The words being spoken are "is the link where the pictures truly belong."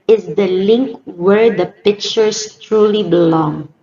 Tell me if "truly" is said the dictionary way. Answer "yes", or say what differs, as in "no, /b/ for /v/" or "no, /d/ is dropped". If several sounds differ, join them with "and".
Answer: yes